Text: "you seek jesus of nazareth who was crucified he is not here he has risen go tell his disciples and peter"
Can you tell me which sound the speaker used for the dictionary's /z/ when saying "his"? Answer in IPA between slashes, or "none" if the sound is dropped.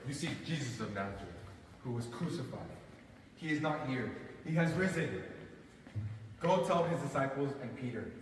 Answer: /z/